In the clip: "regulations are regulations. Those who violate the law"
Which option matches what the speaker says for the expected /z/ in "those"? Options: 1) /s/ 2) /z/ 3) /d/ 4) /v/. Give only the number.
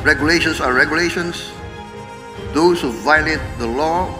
1